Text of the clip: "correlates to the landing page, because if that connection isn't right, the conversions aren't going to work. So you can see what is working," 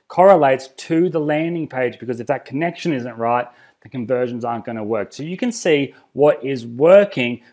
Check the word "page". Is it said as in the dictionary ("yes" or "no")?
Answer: yes